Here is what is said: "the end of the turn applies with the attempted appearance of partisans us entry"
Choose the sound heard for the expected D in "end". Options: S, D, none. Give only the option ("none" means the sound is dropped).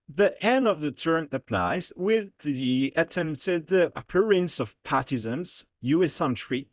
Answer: none